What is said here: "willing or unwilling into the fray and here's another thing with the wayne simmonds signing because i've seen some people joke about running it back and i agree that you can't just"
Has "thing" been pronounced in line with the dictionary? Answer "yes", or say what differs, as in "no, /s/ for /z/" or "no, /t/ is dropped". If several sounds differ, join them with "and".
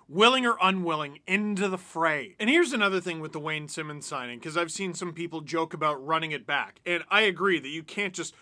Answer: yes